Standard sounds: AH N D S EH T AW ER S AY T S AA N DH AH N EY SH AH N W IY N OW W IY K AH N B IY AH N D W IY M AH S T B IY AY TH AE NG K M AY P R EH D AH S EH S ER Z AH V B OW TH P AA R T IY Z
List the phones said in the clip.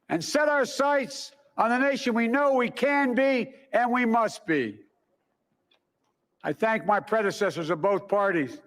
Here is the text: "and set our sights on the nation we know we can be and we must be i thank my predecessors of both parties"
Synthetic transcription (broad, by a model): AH N S EH T AW ER S AY T S N DH AH N EY SH AH N W IY N OW W IY K AH N B IY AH N W IY M AH S T B IY AY TH AE NG K M AY P R EH D AH S EH S ER Z AH V B OW TH P AA R T IY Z